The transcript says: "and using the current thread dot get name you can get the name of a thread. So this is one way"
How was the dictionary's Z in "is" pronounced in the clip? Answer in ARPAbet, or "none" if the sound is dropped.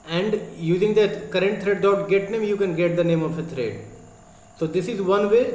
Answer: Z